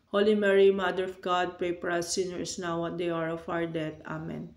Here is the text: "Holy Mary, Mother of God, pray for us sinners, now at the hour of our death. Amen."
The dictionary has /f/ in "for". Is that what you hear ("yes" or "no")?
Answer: no